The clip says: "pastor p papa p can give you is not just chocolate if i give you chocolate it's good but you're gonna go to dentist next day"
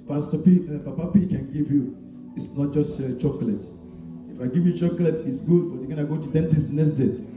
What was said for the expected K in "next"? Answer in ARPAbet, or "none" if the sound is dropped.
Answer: none